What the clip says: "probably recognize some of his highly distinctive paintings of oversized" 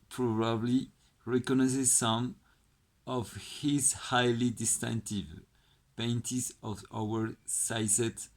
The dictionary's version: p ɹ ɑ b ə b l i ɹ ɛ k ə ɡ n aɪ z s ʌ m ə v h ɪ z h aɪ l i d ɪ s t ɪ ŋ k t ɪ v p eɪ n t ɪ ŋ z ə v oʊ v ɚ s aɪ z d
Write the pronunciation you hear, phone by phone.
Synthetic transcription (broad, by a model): p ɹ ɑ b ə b l i ɹ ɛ k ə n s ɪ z s ʌ m ə v h ɪ z h aɪ l i d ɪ s t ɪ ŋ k t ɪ v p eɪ n t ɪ z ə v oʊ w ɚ s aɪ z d